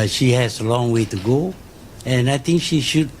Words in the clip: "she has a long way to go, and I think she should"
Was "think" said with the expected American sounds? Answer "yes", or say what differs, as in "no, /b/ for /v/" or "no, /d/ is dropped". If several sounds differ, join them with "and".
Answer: no, /t/ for /θ/